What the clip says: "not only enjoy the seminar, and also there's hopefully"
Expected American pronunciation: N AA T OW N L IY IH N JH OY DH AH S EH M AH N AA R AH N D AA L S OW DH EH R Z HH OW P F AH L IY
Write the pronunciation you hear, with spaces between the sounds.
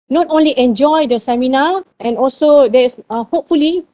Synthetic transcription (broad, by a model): N AA T OW N L IY IH N JH OY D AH S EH M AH N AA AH N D AA L S OW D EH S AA HH OW P F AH L IY